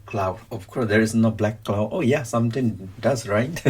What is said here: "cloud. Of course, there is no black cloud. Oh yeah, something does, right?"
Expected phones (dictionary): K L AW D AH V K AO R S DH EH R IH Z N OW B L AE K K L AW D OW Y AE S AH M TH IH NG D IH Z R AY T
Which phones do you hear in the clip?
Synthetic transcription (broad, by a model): K L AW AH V K AO R S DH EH R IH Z N OW B L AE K K L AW OW Y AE S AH M T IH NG D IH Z R AY T